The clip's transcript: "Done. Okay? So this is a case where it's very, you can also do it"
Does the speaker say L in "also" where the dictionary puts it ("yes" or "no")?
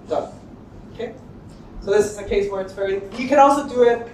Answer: yes